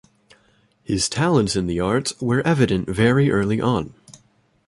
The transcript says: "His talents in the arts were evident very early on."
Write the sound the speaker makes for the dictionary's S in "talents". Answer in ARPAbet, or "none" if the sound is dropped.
S